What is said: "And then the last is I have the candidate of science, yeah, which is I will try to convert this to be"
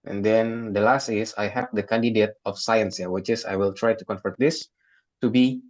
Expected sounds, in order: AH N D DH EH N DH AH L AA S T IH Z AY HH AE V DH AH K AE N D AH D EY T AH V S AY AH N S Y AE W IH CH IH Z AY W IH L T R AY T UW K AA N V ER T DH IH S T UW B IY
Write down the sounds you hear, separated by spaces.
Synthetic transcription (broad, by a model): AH N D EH N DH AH L AA S T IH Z AY HH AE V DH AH K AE N D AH D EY T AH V S AY AH N S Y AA W IH CH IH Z AY W IH L T R AY T UW K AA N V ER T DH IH S T UW B IY